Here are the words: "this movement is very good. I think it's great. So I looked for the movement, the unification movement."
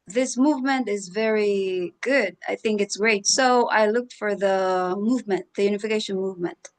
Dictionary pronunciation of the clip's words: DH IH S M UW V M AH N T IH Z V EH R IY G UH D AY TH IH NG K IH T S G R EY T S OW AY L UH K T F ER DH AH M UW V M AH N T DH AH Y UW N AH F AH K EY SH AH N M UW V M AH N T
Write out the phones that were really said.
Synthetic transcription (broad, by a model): DH IH S M UW V M AH N T IH Z V EH R IY G UH D AY TH IH NG K IH T S G R EY T S OW AY L UH K T F ER DH AH M UW V M AH N T DH AH Y UW N AH F AH K EY SH AH N M UW V M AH N T